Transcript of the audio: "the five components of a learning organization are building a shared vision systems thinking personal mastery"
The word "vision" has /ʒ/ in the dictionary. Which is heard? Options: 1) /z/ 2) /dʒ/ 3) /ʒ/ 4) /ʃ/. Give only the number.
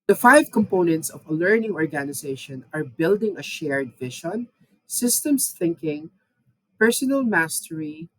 4